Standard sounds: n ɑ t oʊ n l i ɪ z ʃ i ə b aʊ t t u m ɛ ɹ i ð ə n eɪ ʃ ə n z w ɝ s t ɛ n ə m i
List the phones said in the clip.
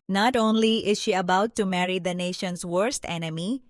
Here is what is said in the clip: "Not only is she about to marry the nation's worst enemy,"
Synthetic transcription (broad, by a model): n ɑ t oʊ n l i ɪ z ʃ i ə b aʊ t t u m ɛ ɹ i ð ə n eɪ ʃ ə n s w ɝ s t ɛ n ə m i